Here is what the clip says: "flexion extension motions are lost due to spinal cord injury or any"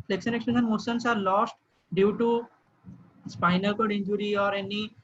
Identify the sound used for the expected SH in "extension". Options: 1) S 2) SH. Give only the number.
1